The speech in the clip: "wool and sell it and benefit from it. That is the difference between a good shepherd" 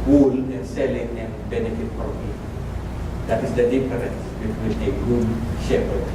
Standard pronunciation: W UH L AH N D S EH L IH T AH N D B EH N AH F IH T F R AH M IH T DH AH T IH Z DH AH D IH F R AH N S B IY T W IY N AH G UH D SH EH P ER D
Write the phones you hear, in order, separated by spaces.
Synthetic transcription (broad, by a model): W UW L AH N S EH L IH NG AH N B EH N AH F IH T P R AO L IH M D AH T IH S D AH D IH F R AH N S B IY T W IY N AH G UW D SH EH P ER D